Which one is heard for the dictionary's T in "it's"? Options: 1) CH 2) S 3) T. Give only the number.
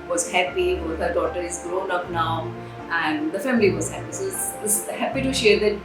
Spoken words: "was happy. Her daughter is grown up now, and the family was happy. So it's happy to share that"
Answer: 2